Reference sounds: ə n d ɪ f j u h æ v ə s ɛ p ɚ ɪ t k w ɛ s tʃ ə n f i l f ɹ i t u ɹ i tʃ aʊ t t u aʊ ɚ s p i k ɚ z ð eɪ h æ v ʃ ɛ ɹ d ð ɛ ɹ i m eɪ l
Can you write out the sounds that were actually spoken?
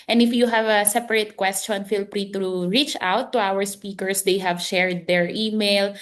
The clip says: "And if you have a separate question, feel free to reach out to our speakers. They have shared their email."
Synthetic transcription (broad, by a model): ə n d ɪ f j u h æ v ə s ɛ p ɚ ɪ t k w ɛ s tʃ ə n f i l p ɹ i t u ɹ i tʃ aʊ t t u aʊ ɚ s p i k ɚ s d eɪ h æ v ʃ ɛ ɹ d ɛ ɹ i m eɪ l